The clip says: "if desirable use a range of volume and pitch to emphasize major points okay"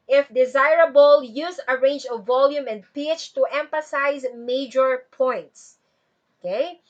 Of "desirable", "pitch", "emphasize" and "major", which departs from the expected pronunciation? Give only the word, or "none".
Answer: none